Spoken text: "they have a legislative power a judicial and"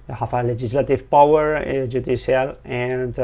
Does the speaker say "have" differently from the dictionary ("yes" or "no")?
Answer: yes